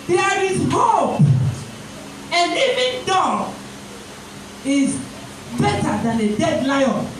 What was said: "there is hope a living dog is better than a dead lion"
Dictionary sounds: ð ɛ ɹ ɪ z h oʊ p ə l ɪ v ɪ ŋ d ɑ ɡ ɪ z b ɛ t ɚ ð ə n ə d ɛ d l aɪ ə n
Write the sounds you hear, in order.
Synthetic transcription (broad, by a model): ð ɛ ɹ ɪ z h oʊ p ə n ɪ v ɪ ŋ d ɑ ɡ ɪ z b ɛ t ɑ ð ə n ə d ɛ d l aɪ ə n